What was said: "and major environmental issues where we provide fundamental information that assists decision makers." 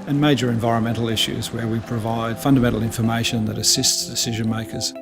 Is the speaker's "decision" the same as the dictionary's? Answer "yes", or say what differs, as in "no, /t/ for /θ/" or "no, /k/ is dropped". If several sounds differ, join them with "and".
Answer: yes